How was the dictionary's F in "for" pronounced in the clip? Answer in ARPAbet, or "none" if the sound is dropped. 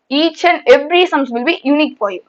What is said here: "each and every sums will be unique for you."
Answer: P